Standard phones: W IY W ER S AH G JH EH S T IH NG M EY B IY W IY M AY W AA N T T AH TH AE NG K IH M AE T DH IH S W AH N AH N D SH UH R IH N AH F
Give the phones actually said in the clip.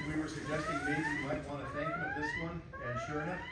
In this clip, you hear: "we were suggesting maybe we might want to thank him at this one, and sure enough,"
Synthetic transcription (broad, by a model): W IY W ER S AH G JH EH S T IH NG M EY IY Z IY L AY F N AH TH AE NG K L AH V DH IH S W AH N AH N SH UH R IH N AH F